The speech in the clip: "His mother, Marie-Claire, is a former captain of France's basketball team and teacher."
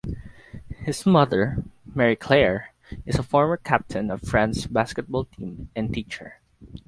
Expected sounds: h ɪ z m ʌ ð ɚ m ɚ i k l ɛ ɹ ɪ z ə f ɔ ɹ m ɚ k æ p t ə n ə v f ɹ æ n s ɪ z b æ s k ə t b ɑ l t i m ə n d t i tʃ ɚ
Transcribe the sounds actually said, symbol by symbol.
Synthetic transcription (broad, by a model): h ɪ s m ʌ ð ɚ m ɚ i k l ɛ ɹ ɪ s ə f ɔ ɹ m ɚ k æ p t ə n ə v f ɹ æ n s b æ s k ə t b ɑ l t i m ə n t i tʃ ɚ